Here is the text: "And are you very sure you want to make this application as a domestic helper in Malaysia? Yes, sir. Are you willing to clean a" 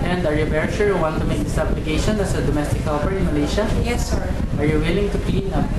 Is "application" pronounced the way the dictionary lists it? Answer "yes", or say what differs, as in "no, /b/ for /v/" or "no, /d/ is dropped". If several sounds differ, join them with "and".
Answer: no, /b/ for /p/